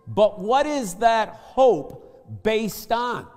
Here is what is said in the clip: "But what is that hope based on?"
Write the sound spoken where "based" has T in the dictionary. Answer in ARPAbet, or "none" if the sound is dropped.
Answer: T